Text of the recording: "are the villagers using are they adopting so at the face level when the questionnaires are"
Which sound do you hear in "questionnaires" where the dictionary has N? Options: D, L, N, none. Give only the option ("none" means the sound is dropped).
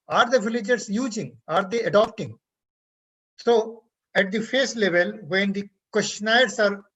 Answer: none